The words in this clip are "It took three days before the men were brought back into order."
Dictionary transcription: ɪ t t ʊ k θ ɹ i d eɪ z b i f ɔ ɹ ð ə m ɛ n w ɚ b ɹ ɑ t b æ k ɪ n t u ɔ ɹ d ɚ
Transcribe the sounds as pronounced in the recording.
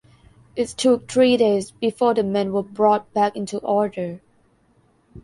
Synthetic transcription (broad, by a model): ɪ t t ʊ k t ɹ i d eɪ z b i f ɔ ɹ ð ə m ɛ n w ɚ b ɹ ɑ t b æ k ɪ n t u ɔ ɹ d ɚ